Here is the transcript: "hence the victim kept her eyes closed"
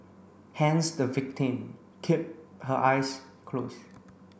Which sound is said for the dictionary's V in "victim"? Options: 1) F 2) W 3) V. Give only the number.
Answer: 3